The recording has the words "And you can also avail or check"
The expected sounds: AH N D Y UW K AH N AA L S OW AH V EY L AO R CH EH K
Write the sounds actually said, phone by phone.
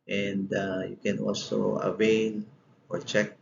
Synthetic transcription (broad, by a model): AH N D Y UW K AH N AA L S OW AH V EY N AO R CH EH K